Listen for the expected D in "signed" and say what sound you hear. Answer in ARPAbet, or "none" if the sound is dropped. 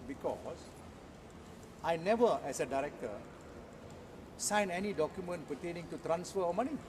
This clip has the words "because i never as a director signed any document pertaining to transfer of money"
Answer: none